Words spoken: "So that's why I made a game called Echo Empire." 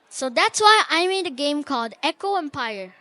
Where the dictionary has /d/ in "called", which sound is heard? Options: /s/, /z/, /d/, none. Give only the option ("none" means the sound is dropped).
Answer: /d/